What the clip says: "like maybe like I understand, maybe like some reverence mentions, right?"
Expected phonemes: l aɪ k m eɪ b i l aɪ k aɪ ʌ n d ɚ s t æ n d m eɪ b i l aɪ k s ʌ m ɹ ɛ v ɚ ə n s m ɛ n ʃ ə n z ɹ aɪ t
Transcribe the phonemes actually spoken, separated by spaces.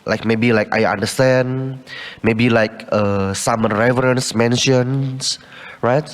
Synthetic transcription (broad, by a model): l aɪ k m eɪ b i l aɪ k aɪ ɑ n d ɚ s t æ n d m eɪ b i l aɪ k s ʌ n ɹ ɛ v ɚ ə n s m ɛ n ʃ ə n s ɹ aɪ t